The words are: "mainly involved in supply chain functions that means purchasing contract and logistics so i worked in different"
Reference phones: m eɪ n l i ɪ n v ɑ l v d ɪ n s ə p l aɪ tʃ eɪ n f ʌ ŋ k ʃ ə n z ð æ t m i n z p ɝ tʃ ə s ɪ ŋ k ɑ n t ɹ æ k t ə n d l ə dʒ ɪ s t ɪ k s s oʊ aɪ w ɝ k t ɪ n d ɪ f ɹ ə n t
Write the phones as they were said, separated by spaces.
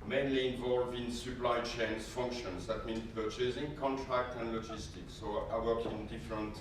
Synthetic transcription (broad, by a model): m eɪ n l i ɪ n v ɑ l v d ɪ n s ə p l aɪ tʃ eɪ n f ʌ ŋ k ʃ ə n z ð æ t m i n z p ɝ tʃ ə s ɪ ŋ k ɑ n t ɹ æ k t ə n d l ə dʒ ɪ s t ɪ k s s oʊ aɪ w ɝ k ɪ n d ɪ f ɹ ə n t